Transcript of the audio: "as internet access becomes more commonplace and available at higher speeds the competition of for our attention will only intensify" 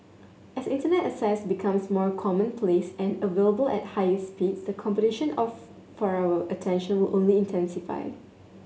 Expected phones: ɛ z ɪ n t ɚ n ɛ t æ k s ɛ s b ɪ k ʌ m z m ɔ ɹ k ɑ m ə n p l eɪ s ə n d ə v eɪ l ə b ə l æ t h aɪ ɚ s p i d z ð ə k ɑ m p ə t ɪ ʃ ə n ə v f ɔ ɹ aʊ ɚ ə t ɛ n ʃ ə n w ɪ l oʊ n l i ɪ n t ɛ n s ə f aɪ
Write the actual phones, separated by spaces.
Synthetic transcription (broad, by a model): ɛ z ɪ n t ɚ n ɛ t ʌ s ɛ s b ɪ k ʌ m s m ɔ ɹ k ɑ m ə n p l eɪ s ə n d ə v eɪ l ə b ə l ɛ t h aɪ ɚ s p i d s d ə k ɑ m p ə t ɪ ʃ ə n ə f f ɔ ɹ aʊ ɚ ə t ɛ n ʃ ə n w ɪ l oʊ n l i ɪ n t ɛ n s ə f aɪ